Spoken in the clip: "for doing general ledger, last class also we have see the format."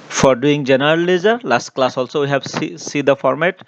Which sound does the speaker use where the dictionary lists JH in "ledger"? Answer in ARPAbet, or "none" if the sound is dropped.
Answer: Z